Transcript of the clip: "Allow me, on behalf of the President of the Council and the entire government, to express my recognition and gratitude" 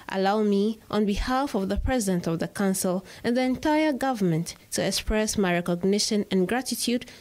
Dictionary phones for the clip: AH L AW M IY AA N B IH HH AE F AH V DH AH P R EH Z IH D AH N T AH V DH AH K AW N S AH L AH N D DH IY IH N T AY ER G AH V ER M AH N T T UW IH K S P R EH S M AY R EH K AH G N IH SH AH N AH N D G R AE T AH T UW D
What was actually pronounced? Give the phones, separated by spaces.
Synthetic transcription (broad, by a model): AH L AW M IY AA N B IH HH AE F AH V DH AH P R EH Z IH D AH N T AH V DH AH K AW N S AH L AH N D DH IY IH N T AY ER G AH V ER M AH N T T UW IH K S P R EH S M AY R EH K AH G N IH SH AH N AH N G R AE T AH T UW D